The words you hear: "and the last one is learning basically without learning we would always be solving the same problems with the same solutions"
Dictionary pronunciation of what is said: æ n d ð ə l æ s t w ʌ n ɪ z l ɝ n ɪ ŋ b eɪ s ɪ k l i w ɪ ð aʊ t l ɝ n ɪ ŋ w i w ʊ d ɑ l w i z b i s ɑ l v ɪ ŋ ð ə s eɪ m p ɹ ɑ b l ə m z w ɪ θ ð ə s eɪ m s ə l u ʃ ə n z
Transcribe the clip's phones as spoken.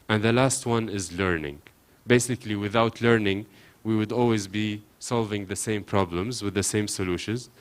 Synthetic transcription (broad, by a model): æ n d ð ə l æ s t w ʌ n ɪ z l ɝ n ɪ ŋ b eɪ s ɪ k l i w ɪ ð aʊ t l ɝ n ɪ ŋ w i w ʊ d ɑ l w i z b i s ɑ l v ɪ ŋ ð ə s eɪ m p ɹ ɑ b l ə m z w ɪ ð ə s eɪ m s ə l u ʃ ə n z